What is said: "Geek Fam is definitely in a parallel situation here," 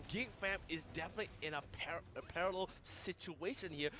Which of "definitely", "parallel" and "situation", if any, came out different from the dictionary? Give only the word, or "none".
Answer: none